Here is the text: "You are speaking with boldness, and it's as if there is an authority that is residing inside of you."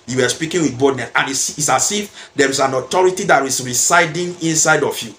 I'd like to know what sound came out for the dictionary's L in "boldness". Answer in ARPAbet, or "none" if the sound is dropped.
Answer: none